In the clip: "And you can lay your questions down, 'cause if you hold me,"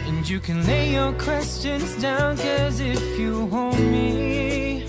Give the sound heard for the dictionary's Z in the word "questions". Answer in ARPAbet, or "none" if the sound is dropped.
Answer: Z